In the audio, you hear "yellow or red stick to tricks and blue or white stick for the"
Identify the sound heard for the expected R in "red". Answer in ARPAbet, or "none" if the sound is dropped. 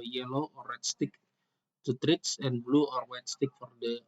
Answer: W